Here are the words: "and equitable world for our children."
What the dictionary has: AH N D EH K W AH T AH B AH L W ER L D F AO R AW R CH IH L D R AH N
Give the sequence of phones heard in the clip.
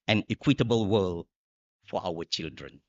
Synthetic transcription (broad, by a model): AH N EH K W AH T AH B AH L W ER L F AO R AW W CH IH L D R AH N